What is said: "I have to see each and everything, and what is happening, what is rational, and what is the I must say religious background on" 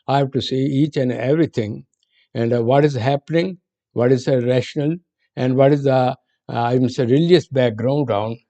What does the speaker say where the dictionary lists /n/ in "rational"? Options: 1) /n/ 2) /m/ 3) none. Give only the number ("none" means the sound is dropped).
1